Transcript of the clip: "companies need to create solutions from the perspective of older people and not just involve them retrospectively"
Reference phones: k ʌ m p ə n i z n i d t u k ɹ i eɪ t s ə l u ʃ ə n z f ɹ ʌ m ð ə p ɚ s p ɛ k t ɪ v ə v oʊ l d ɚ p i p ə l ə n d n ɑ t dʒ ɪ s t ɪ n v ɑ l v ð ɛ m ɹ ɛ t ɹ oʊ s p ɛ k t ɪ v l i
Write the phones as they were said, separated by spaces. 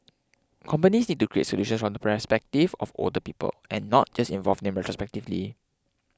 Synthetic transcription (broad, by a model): k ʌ m p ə n i s n i d t u k ɹ i eɪ t s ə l u ʃ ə n s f ɹ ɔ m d ə p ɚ s p ɛ k t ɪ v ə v oʊ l d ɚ p i p ə l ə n n ɑ t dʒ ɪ s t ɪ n v ɑ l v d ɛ m ɹ ɛ t ɹ oʊ s p ɛ k t ɪ v l i